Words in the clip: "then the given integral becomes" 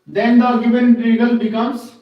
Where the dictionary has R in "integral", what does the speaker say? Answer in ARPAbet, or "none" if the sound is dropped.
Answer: none